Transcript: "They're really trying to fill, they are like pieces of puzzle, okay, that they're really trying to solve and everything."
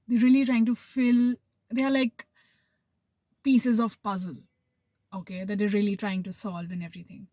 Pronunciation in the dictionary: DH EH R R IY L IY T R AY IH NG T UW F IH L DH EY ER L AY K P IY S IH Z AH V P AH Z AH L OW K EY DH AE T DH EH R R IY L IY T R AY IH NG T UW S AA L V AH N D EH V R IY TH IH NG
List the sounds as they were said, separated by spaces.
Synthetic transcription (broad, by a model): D EH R R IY L IY T R AY IH NG T UW F IH L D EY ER L AY K P IY S IH Z AH V P AH Z AH L OW K EY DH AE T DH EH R R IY L IY T R AY IH NG T UW S AA L V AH N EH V R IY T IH NG